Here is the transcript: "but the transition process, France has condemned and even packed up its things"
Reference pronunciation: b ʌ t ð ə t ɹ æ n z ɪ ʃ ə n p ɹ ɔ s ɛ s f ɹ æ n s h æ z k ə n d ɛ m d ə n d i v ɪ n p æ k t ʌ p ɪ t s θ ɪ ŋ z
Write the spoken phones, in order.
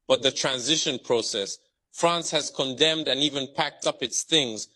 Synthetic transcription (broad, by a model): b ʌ t ð ə t ɹ æ n z ɪ ʃ ə n p ɹ ɔ s ɛ s f ɹ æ n s h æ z k ə n d ɛ m d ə n i v ɪ n p æ k t ʌ p ɪ t s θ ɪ ŋ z